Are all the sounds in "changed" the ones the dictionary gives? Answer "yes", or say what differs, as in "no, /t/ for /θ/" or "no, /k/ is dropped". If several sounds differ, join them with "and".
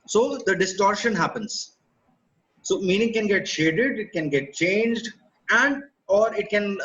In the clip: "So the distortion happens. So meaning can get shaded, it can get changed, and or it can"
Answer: yes